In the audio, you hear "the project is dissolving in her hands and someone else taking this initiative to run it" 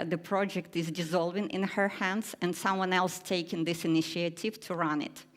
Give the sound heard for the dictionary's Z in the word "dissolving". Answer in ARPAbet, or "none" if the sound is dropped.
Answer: Z